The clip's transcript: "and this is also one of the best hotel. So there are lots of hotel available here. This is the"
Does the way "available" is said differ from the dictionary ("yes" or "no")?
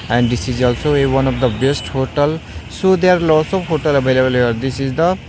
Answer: yes